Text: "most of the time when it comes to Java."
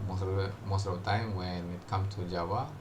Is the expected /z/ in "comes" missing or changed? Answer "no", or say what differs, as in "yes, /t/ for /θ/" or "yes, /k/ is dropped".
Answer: yes, /z/ is dropped